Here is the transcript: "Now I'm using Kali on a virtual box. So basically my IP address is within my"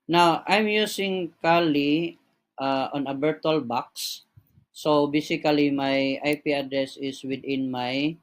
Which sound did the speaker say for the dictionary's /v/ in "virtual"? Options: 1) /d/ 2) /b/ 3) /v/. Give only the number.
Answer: 2